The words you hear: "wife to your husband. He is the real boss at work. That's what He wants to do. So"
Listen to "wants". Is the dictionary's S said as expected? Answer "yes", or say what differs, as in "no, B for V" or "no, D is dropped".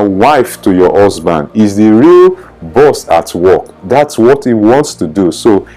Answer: yes